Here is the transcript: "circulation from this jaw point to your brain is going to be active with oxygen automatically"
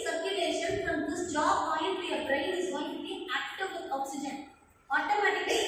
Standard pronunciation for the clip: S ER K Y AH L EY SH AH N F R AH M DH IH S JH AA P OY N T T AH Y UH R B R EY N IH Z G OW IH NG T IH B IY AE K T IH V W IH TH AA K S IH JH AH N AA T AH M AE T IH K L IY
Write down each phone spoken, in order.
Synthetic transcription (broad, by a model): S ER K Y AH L EY SH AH N F R AH M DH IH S JH AA B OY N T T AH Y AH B R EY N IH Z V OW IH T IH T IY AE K T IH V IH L AA K S IH JH AH N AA T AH M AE T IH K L